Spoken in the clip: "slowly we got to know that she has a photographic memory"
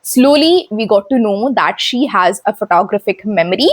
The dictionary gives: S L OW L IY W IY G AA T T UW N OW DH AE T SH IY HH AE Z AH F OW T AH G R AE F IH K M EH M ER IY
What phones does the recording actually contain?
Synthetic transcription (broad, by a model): S L OW L IY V IY G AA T T UW N OW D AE T SH IY HH AE Z AH F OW T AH G R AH F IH K M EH M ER IY